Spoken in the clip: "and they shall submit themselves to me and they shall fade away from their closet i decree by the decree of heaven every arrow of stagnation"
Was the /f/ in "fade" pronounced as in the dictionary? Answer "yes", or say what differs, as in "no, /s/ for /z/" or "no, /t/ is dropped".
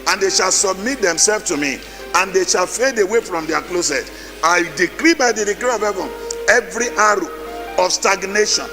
yes